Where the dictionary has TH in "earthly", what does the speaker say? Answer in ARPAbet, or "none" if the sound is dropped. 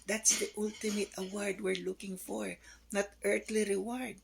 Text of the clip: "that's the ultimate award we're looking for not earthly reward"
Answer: T